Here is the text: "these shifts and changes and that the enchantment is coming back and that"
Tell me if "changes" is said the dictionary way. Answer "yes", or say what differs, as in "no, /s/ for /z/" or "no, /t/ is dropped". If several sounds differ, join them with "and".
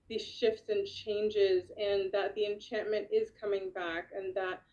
yes